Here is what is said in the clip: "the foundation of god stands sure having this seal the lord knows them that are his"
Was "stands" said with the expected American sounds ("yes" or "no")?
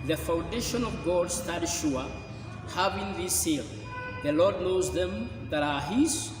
no